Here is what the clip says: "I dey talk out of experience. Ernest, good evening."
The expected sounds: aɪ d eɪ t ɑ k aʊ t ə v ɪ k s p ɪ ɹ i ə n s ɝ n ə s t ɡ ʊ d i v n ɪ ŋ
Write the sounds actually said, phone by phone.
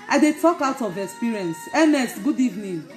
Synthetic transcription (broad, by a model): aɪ d eɪ t ɑ k aʊ t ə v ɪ k s p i ɹ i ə n s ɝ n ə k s ɡ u d i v n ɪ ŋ